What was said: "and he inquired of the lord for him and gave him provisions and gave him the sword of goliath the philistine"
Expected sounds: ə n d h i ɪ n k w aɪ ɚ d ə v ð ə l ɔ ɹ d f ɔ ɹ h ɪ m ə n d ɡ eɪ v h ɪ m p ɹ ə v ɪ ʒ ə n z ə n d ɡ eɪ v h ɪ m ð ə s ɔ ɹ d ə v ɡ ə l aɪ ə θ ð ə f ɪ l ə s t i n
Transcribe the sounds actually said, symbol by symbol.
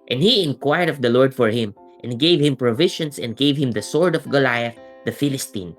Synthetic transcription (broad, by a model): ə n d h i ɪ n k w aɪ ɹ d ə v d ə l ɔ ɹ d f ɔ ɹ h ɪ m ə n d ɡ eɪ v h ɪ m p ɹ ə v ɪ ʃ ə n s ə n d ɡ eɪ v h ɪ m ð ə s ɔ ɹ d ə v ɡ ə l aɪ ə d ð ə f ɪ l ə s t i n